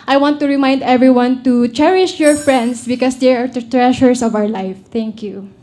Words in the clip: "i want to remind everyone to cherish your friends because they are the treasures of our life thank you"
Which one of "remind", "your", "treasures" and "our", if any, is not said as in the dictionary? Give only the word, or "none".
treasures